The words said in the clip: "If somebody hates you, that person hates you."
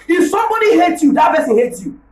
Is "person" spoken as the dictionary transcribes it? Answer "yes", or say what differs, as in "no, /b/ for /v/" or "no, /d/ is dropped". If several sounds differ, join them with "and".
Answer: no, /b/ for /p/